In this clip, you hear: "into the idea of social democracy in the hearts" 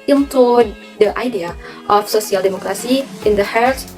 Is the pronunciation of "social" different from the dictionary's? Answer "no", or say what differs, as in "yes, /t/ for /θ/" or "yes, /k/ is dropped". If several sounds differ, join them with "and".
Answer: yes, /s/ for /ʃ/